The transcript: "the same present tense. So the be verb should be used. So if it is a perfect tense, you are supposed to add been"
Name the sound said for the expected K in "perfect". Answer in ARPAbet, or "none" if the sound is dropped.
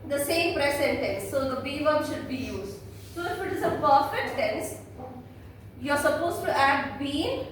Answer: none